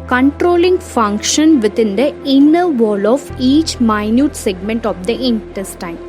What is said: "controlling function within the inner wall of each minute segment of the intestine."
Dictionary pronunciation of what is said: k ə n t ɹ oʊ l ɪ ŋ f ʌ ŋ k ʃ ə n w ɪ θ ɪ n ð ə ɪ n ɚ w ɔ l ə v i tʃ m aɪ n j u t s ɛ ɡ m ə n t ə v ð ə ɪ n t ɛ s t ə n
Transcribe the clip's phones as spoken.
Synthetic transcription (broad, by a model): k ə n t ɹ oʊ l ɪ ŋ f ʌ ŋ k ʃ ə n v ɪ t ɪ n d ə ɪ n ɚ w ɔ l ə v i tʃ m aɪ n j u t s ɛ ɡ m ə n t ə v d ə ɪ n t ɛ s t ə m